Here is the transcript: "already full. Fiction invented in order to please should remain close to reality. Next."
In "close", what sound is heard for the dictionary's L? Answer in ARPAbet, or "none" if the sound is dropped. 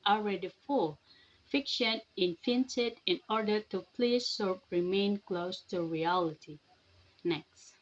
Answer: L